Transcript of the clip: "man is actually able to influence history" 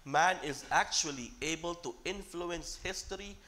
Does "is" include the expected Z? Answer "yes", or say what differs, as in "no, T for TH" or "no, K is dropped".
yes